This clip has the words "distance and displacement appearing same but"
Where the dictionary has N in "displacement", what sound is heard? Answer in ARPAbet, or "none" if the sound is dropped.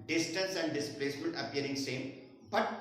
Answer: L